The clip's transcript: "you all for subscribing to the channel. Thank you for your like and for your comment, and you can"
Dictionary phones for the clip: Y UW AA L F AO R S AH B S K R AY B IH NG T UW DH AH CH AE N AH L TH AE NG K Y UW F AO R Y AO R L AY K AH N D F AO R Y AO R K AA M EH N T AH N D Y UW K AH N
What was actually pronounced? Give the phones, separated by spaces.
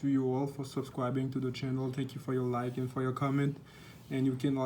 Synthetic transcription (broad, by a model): Y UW AA L F AO R S AH B S K R AY B IH NG T UW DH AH CH AE N AH L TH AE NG K Y UW F AO R Y AO R L AY K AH N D F AO R Y AO R K AA M EH N T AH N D Y UW K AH N